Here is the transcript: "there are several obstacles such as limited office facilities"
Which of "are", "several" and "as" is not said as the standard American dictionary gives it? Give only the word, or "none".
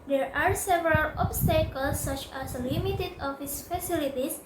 as